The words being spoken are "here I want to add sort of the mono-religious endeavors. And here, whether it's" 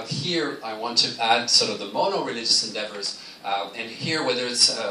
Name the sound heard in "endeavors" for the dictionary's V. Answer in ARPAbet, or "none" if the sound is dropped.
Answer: V